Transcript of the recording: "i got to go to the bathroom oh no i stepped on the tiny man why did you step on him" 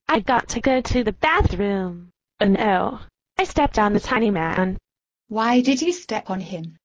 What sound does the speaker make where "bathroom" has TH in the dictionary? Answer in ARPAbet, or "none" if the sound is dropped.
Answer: TH